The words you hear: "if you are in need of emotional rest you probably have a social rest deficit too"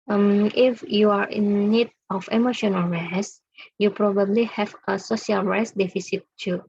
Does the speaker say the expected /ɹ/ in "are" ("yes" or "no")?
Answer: yes